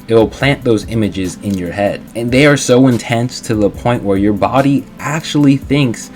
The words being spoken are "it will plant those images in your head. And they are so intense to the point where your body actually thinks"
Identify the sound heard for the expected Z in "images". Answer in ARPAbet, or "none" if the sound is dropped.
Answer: Z